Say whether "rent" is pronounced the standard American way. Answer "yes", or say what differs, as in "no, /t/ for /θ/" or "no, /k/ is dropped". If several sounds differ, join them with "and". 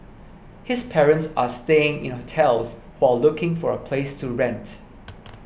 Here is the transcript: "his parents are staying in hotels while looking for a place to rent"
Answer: yes